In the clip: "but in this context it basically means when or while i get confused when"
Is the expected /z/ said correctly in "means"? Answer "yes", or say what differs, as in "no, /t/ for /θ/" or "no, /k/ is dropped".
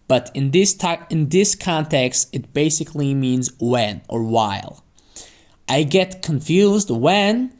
yes